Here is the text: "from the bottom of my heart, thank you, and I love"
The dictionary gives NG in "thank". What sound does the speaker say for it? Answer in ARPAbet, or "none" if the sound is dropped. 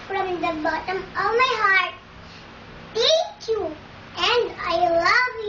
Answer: none